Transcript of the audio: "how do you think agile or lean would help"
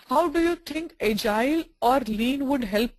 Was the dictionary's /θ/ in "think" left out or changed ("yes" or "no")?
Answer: yes